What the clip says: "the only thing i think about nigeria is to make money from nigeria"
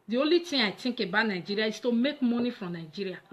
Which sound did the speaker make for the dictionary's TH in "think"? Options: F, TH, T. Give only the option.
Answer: T